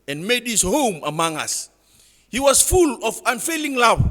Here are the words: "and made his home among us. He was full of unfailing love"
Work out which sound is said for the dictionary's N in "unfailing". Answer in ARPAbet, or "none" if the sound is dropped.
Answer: N